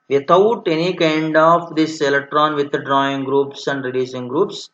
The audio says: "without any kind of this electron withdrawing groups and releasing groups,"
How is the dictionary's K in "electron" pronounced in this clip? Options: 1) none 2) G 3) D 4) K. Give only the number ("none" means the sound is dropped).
4